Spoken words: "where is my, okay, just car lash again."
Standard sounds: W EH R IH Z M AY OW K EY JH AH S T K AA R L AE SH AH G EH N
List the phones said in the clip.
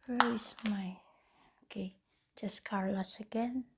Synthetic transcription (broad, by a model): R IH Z M AY OW K EY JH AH S K AA R L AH S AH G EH N